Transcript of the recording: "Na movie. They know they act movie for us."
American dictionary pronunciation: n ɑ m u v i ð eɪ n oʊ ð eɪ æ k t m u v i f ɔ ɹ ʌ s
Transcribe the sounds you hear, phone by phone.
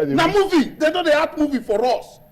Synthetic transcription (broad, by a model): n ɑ m u v i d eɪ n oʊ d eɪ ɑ t m u v i f ɔ ɹ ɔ s